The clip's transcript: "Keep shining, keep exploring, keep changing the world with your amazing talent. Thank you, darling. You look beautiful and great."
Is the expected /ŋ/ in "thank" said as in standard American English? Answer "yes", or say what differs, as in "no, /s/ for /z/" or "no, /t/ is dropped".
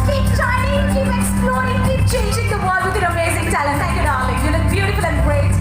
no, /ŋ/ is dropped